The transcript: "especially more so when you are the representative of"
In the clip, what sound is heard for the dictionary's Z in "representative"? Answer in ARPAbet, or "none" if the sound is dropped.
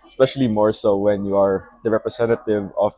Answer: S